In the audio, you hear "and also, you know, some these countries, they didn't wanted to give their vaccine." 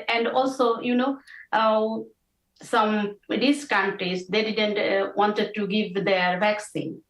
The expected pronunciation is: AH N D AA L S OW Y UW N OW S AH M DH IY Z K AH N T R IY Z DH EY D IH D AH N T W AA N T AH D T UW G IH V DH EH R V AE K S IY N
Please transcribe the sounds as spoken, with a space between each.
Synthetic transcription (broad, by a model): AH N D AA L S OW Y UW N OW S AH M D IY S K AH N T R IY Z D EY D IH D AH N T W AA N T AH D T UW G IH V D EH R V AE K S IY N